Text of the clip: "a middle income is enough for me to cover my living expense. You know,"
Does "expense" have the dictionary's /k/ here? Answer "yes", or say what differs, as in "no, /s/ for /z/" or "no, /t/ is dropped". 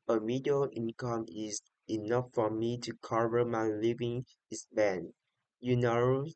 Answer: no, /k/ is dropped